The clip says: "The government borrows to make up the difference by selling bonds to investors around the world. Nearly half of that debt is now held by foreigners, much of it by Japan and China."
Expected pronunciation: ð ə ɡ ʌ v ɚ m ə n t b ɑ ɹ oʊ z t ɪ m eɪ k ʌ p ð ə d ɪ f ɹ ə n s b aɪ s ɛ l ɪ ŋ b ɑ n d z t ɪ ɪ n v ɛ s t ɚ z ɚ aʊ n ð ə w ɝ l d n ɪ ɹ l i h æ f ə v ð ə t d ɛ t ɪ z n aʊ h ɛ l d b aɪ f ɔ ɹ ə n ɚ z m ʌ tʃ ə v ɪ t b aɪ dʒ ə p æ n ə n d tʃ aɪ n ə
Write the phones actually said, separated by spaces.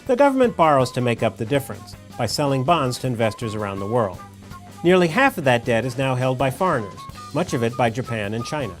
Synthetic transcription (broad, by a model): ð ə ɡ ʌ v ɚ m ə n b ɑ ɹ oʊ z t ɪ m eɪ k ʌ p ð ə d ɪ f ɹ ə n s b aɪ s ɛ l ɪ ŋ b ɑ n d z t ɪ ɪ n v ɛ s t ɚ z ɚ aʊ n ð ə w ɝ l d n ɪ ɹ l i h æ f ə v ð ə t d ɛ t ɪ z n aʊ h ɛ l d b aɪ f ɔ ɹ ə n ɚ z m ʌ tʃ ə v ɪ t b aɪ dʒ ə p æ n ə n tʃ aɪ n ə